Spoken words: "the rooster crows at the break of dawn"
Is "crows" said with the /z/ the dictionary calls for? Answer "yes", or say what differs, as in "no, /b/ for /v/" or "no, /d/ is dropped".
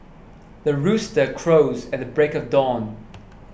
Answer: yes